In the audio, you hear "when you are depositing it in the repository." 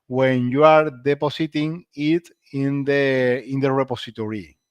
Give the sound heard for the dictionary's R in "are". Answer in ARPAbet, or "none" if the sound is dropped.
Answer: R